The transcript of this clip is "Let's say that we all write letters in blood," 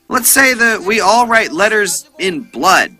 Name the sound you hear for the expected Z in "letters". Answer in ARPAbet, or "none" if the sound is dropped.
Z